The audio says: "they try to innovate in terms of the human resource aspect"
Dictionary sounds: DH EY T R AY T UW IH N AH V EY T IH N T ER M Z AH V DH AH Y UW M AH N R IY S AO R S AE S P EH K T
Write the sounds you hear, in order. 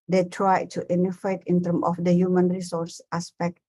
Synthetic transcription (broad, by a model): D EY T R AY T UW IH N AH F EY T IH N T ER M AH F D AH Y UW M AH N R IY S AO R S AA S P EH K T